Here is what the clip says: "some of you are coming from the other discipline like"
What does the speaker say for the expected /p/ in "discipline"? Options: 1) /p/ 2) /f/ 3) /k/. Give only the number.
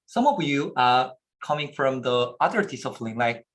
2